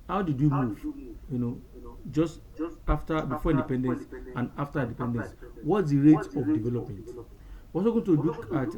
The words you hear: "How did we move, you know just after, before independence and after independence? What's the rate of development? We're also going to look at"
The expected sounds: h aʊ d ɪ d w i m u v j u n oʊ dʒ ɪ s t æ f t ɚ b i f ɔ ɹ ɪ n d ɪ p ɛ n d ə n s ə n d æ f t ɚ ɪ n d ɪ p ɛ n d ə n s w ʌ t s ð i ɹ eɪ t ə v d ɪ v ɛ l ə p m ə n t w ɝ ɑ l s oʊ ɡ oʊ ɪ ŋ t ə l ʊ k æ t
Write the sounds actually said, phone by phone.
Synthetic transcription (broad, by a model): h aʊ d ɪ d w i m u v j u n oʊ dʒ ɪ s t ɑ f t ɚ b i f ɔ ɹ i n d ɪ p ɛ n d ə n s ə n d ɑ f t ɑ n d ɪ p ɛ n d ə n s w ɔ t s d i ɹ eɪ t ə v d ɪ v ɛ l ə p m ə n t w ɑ s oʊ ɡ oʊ t ə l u k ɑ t